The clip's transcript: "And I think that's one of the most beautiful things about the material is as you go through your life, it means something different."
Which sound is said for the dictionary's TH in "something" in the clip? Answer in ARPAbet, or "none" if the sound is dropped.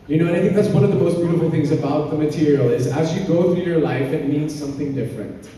TH